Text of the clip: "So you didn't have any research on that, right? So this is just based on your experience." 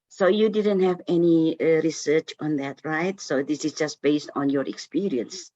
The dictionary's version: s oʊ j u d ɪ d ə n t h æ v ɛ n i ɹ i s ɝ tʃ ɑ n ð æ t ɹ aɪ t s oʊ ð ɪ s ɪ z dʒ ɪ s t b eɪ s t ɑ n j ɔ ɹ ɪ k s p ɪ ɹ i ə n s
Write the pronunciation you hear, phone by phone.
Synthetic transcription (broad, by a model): s oʊ j u d ɪ d ə n t h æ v ɛ n i ɹ i s ɝ tʃ ɑ n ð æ t ɹ aɪ t s oʊ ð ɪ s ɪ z dʒ ɪ s t b eɪ s t ɑ n j ɔ ɹ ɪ k s p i ɹ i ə n s